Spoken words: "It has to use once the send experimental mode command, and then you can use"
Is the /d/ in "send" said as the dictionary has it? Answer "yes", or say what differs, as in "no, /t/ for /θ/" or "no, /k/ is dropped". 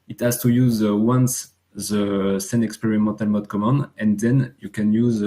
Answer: no, /d/ is dropped